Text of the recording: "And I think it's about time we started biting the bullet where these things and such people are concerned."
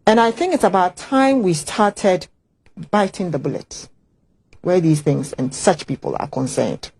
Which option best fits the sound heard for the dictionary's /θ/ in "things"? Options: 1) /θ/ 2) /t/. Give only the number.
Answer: 1